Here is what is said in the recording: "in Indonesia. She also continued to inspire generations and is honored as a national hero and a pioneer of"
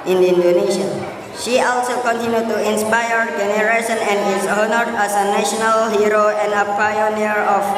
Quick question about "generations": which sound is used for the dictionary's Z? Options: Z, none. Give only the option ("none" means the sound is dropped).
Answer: none